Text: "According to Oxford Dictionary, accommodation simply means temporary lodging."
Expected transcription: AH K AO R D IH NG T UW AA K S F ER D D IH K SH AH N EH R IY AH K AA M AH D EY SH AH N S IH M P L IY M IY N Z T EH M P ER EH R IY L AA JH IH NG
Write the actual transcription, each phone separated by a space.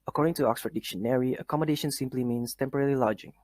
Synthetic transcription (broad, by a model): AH K AO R D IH NG T UW AA K S F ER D D IH K SH AH N EH R IY AH K AA M AH D EY SH AH N S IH M P L IY M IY N S T EH M P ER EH L IY L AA JH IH NG